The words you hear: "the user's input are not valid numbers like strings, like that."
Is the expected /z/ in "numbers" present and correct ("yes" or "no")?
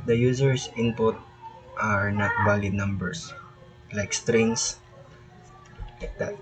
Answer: no